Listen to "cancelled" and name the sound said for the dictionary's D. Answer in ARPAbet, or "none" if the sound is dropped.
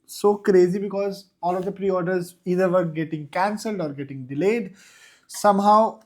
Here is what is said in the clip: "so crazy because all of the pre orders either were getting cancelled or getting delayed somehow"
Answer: D